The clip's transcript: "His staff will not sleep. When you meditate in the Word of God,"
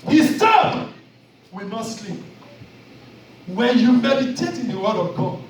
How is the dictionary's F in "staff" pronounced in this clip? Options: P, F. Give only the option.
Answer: P